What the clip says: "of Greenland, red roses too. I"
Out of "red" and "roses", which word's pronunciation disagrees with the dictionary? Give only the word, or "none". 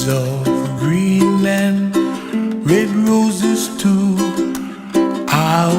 none